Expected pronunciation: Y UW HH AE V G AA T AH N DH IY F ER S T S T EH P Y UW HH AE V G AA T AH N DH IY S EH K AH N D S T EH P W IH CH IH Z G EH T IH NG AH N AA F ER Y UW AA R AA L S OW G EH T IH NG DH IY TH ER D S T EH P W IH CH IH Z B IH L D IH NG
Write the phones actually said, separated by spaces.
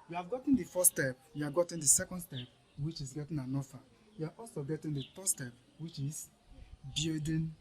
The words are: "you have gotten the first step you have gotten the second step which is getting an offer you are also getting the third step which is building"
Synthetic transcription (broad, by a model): Y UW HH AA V G AA T AH N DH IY F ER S S T EH P Y UW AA G AA T AH N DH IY S EH K AH N D S T EH P W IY CH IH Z G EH T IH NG AH N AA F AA Y UW AA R AA L S OW G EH T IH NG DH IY F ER S T EH P W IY CH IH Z B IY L D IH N